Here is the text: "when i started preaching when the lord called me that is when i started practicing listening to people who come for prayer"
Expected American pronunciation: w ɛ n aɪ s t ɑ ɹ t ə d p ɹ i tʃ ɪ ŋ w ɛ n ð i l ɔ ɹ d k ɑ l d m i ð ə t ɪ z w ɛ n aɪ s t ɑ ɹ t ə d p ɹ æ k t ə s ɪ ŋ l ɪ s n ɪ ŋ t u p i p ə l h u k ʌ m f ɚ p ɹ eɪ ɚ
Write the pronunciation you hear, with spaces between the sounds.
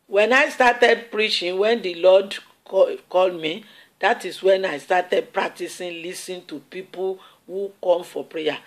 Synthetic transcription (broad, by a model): w ɛ n aɪ s t ɑ t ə d p ɹ i tʃ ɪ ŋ w ɛ n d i l ɔ d k ɑ l d m i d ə t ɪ s w ɛ n aɪ s t ɑ t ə d p ɹ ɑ k t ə s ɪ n l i s ɪ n t u p i p ə l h u k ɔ m f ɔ p ɹ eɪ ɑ